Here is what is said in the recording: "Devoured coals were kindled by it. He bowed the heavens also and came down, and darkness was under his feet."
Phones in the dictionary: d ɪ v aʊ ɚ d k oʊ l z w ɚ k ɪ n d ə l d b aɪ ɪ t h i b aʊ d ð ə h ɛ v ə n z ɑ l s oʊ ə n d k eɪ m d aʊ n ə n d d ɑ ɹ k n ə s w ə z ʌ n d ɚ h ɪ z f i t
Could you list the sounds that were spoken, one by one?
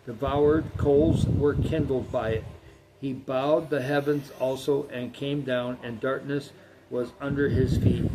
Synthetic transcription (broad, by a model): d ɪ v aʊ ɚ d k oʊ l z w ɚ k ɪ n d l d b aɪ ɪ t h i b aʊ d ð ə h ɛ v ə n z ɑ l s oʊ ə n k eɪ m d aʊ n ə n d d ɑ ɹ k n ə s w ə z ʌ n d ɚ ɪ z f i t